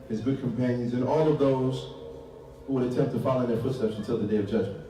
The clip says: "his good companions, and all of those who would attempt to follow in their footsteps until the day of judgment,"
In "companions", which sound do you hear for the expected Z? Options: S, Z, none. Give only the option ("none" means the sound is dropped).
Z